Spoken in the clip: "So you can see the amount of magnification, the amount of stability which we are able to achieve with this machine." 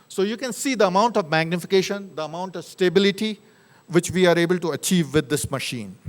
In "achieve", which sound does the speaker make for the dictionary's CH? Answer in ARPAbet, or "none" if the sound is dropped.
CH